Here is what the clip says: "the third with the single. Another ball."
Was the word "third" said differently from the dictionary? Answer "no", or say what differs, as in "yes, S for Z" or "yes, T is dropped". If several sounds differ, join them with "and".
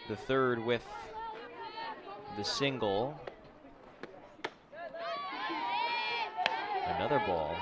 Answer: no